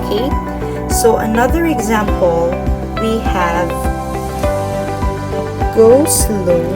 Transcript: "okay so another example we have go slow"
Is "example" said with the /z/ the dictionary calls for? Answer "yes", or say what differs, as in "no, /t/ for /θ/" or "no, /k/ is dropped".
yes